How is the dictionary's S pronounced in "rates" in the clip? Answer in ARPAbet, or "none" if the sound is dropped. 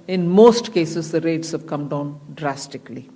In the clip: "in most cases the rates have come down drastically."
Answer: S